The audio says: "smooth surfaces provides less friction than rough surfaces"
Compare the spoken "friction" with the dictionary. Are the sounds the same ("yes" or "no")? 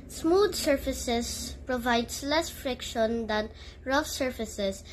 yes